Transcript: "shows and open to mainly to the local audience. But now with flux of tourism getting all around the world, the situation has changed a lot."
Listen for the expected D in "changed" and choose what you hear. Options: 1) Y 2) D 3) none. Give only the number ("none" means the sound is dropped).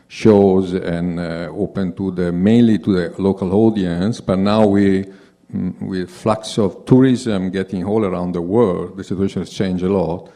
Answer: 3